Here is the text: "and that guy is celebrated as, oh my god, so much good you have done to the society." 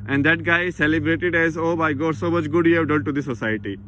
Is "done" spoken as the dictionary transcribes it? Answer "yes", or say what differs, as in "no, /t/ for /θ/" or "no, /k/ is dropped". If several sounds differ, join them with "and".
no, /l/ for /n/